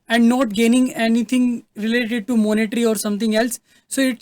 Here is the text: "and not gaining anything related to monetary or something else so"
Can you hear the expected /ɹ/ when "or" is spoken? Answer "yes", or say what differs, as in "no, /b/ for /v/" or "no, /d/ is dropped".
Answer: yes